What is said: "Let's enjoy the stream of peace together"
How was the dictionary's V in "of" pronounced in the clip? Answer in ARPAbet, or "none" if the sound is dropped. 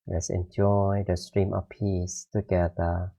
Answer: F